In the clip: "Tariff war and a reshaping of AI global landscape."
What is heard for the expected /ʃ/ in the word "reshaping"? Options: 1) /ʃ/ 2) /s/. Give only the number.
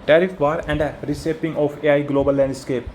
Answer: 2